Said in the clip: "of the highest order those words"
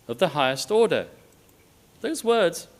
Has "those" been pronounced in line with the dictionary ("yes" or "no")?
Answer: yes